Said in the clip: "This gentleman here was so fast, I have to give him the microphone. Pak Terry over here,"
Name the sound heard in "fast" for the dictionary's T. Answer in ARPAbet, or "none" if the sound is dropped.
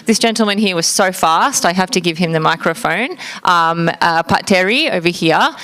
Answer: T